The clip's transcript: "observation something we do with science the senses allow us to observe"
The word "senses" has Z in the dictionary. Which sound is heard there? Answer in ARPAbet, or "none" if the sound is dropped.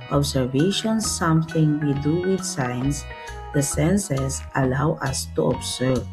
S